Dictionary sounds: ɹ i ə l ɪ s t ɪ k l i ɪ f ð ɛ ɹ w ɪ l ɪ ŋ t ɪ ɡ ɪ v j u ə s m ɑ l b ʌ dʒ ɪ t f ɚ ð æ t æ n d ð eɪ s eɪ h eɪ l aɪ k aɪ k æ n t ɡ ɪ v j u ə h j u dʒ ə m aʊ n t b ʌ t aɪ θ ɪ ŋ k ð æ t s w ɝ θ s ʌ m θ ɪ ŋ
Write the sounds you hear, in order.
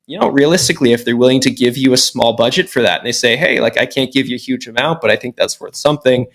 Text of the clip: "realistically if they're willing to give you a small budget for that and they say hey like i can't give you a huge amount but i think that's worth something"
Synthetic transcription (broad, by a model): ɹ i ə l ɪ s t ɪ k l i ɪ f ð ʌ ɹ w ɪ l ɪ ŋ t ɪ ɡ ɪ v j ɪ ə s m ɑ l b ʌ dʒ ɪ t f ɚ ð æ t n ð eɪ s eɪ h eɪ l aɪ k aɪ k æ n ɡ ɪ v j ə h j u dʒ ə m aʊ n t b ʌ t aɪ θ ɪ ŋ k ð æ t s w ɝ θ s ʌ m θ ɪ ŋ